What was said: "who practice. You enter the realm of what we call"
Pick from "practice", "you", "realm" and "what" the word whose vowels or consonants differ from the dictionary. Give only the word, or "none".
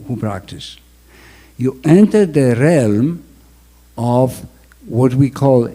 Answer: none